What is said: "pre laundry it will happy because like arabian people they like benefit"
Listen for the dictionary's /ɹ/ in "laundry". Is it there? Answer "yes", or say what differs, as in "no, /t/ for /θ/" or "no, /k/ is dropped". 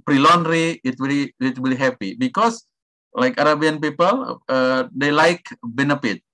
no, /w/ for /ɹ/